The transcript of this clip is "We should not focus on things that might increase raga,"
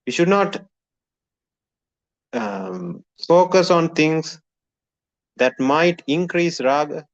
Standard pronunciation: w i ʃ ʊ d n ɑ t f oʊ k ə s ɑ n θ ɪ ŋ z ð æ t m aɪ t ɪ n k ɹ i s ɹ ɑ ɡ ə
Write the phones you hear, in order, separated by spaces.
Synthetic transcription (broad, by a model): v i ʃ ʊ d n ɑ t f oʊ k ə s ɑ n t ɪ ŋ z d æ t m aɪ t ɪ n k ɹ i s ɹ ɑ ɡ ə